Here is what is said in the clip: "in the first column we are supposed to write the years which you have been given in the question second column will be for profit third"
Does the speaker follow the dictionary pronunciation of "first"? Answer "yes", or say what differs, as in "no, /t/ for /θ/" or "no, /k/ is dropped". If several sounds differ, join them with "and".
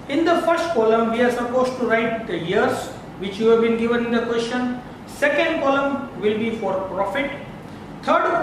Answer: yes